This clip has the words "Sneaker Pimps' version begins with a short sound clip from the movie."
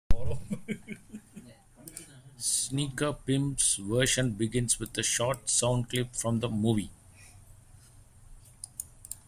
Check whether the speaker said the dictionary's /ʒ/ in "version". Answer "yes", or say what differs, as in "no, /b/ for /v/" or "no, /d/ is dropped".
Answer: no, /ʃ/ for /ʒ/